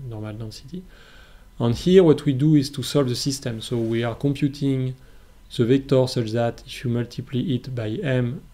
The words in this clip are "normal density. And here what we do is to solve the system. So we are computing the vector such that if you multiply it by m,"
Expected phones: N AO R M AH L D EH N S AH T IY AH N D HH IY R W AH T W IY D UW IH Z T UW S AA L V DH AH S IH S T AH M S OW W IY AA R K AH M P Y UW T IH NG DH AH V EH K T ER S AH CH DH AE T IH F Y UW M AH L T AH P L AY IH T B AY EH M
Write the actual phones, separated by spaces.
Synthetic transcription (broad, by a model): N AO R M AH L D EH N S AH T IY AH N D HH IY R W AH T W IY D UW IH Z T UW S AA L V DH AH S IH S T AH M S OW W IY AA R K AH M P Y UW T IH NG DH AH V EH K T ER S AH CH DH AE T IH F Y UW M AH L T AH P L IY IH T B AY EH M